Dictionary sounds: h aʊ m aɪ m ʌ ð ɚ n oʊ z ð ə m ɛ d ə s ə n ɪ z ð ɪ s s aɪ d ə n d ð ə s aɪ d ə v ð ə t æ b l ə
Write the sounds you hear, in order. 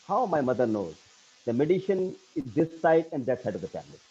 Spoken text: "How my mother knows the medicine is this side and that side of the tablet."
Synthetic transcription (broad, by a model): h aʊ m aɪ m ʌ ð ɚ n oʊ z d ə m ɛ d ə ʃ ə n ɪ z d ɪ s s aɪ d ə n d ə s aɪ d ə v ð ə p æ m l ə